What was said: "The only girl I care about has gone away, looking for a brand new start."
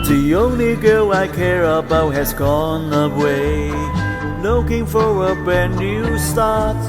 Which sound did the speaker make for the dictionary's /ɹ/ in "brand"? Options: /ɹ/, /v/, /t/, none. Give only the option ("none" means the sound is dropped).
none